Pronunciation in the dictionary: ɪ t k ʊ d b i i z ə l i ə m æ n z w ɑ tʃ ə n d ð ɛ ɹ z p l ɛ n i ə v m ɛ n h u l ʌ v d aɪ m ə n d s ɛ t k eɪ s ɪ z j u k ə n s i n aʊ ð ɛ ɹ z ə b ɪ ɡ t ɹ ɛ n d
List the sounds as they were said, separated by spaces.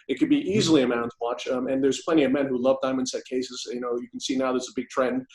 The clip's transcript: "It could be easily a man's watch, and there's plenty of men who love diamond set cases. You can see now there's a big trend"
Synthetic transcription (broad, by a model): ɪ t k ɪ d b i i z l i ə m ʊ n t w ɑ tʃ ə n ð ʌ ɹ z p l ɛ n i ə v m ɛ n h u l ʌ v d aɪ m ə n s ɛ t k eɪ s ɪ z j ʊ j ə n s i n aʊ ð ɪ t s ə b ɪ ɡ t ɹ ɛ n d